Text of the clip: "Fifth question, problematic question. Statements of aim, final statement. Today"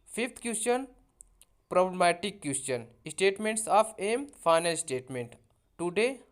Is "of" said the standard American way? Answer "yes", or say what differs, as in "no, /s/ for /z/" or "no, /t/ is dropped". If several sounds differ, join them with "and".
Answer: no, /p/ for /v/